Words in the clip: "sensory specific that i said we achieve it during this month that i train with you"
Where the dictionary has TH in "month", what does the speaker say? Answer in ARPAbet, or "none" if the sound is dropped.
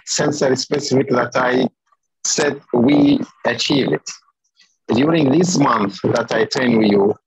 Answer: TH